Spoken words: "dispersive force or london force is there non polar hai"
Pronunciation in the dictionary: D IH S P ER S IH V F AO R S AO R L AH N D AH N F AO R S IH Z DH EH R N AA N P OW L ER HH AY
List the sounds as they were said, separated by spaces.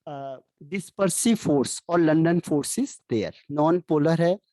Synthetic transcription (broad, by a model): D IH S P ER S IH F AO R S AO R L AH N D AH N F AO R S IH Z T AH R N AA N P OW L ER HH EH